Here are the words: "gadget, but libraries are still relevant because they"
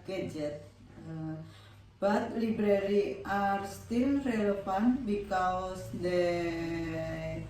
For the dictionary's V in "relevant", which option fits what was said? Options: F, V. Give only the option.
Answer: F